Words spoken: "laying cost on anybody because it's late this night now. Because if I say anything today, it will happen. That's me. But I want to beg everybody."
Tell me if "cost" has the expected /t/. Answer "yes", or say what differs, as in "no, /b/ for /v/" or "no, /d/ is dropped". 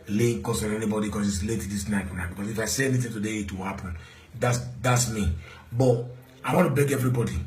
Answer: no, /t/ is dropped